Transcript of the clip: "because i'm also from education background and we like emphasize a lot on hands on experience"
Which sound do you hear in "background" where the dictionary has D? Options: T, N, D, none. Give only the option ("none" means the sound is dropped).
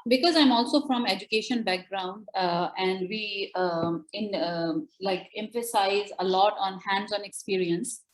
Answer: D